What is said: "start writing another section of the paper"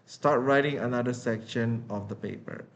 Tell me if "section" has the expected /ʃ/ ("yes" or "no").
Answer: yes